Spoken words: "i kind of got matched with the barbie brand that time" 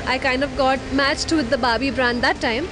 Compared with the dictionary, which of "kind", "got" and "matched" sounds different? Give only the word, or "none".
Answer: none